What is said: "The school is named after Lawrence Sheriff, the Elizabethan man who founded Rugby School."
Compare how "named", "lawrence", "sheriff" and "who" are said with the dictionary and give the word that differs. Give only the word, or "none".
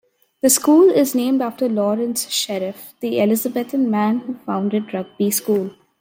none